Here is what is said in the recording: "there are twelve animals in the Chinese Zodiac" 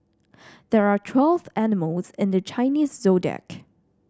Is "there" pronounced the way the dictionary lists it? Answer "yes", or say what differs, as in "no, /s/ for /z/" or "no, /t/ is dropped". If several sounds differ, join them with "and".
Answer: yes